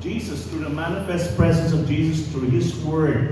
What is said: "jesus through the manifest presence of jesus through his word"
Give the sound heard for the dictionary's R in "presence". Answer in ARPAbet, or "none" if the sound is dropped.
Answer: R